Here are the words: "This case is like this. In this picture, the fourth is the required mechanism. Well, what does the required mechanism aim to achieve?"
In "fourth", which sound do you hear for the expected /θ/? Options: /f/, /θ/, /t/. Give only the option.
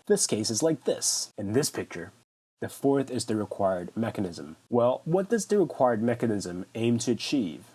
/θ/